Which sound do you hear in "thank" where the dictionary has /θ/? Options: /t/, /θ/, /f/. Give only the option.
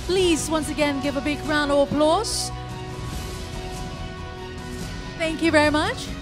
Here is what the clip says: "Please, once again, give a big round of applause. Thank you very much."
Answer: /θ/